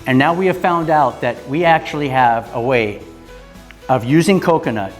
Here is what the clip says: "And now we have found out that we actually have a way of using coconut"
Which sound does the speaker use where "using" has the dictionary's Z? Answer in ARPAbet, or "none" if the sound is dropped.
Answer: Z